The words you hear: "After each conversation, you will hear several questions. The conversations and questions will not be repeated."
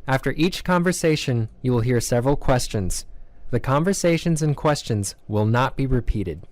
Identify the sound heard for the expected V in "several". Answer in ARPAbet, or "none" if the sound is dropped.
V